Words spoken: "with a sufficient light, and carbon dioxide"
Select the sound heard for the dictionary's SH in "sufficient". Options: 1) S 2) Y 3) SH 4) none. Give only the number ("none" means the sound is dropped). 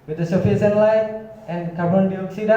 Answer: 1